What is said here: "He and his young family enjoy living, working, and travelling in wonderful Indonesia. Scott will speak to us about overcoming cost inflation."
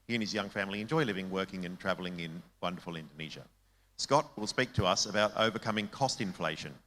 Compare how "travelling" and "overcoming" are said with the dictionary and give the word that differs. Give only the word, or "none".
none